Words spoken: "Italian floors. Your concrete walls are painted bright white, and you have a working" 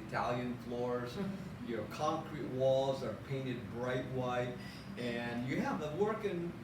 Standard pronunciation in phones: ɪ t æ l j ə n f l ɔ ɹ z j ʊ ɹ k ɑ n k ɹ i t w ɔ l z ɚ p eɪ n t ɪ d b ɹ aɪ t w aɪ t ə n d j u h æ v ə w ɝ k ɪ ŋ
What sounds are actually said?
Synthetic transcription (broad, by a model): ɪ t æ l j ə n f l ɔ ɹ z j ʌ ɹ k ɑ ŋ k ɹ i t w ɔ l z ɚ p eɪ n t ɪ d b ɹ aɪ t w aɪ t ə n j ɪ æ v ə w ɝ k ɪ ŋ